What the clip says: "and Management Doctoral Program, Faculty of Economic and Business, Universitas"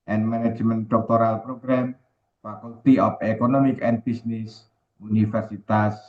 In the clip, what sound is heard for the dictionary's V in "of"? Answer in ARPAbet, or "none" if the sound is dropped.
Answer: P